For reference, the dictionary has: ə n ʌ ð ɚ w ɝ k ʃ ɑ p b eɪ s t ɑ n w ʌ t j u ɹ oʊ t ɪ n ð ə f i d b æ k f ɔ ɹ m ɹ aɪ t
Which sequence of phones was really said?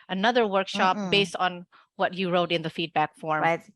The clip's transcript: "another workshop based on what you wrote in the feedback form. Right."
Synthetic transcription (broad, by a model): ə n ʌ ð ɚ w ɝ k ʃ ɑ p b eɪ s t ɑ n w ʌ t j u ɹ oʊ t ɪ n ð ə f i d b æ k f ɔ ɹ ɹ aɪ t